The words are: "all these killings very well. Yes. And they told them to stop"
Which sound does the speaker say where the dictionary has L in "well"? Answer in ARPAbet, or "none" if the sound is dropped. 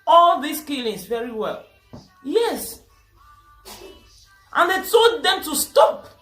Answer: L